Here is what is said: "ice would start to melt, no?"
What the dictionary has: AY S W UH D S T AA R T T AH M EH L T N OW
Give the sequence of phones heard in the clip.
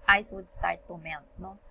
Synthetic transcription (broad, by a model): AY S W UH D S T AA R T T AH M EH N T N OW